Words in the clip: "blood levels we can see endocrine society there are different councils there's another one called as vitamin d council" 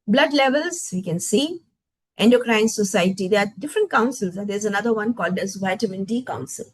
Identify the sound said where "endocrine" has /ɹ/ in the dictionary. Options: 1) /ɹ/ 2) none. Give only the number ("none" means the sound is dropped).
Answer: 1